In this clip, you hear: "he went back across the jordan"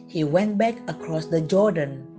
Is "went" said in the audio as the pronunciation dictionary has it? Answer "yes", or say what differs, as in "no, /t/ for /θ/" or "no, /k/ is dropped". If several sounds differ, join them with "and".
yes